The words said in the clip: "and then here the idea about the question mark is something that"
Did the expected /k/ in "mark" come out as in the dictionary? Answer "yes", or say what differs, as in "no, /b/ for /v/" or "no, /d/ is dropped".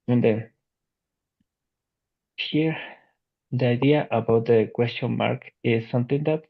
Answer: yes